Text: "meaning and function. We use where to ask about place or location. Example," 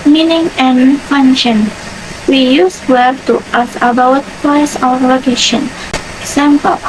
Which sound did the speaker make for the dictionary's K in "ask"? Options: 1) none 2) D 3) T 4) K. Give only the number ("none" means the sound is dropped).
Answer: 1